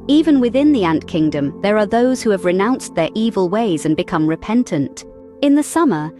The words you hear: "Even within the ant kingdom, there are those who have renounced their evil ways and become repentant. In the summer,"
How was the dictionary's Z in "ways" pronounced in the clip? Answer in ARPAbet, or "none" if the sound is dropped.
Z